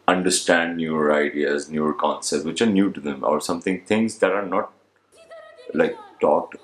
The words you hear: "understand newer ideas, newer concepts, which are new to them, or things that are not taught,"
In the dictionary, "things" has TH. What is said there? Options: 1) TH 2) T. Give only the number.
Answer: 2